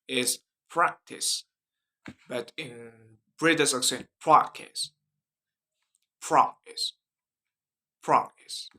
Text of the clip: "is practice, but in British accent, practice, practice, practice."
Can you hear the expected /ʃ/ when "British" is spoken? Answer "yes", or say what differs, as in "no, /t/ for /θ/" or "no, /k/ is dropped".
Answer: no, /s/ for /ʃ/